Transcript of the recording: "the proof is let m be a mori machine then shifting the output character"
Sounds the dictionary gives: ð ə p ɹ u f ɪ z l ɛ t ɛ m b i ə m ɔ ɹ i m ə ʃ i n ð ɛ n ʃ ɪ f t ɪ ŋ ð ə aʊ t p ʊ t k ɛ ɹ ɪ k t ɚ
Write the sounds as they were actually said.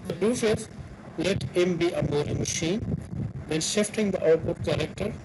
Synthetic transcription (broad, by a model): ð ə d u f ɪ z l ɛ t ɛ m b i ə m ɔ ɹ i m ə ʃ i n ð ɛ n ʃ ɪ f t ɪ ŋ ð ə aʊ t b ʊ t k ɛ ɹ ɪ k t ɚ